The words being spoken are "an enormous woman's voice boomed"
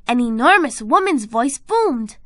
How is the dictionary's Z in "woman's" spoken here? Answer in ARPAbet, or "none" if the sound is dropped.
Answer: Z